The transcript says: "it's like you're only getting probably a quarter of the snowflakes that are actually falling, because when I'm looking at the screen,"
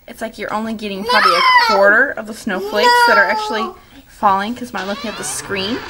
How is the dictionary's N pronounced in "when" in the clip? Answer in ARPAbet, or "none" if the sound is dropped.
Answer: none